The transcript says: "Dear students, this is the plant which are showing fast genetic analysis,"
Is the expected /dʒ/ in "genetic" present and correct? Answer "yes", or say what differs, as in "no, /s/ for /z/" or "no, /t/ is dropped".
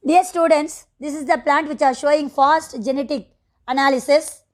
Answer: yes